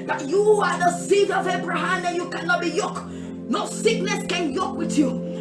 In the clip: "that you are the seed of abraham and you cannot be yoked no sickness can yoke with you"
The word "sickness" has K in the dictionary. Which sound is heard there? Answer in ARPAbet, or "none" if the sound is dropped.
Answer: K